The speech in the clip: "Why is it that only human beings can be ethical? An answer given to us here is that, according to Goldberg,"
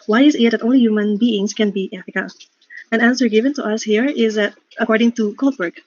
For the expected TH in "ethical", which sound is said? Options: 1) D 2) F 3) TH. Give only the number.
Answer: 2